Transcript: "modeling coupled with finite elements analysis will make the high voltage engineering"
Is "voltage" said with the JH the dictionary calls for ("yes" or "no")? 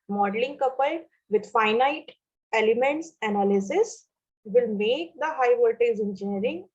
no